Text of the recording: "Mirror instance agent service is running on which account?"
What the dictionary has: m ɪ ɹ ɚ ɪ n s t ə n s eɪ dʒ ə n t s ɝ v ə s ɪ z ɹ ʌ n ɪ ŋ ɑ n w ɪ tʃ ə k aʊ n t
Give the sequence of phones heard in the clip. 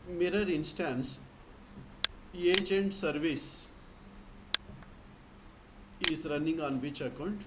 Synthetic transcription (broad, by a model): m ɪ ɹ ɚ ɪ n s t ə n s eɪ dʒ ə n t s ɝ v ə s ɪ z ɹ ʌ n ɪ ŋ ɑ n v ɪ tʃ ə k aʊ n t